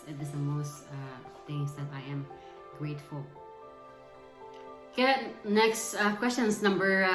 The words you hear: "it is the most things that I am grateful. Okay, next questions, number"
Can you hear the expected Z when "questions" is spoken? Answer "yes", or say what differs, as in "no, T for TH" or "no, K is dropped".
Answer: no, S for Z